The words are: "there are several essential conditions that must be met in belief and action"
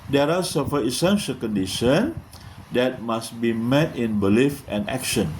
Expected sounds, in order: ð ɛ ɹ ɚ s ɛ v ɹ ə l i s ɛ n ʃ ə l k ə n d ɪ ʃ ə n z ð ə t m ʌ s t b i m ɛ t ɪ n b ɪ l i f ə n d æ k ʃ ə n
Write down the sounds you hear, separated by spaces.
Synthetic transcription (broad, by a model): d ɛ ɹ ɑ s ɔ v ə i s ɛ n ʃ ə l k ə n d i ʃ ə n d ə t m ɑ s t b i m ɛ t ɪ n b ɪ l i f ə n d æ k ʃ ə n